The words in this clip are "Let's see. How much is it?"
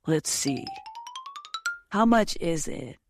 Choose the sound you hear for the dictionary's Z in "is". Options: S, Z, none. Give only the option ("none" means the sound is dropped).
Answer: Z